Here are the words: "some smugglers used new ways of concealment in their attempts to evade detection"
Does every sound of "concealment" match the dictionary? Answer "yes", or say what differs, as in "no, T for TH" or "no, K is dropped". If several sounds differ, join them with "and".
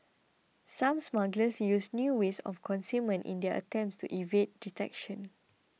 no, L is dropped